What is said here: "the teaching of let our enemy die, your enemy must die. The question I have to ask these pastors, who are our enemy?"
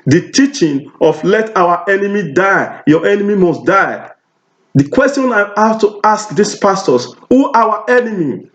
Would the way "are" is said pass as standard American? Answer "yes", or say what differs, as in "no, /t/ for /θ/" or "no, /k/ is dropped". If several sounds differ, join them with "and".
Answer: no, /w/ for /ɹ/